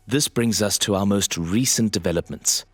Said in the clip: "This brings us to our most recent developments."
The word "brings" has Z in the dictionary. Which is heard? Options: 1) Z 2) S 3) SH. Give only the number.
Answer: 1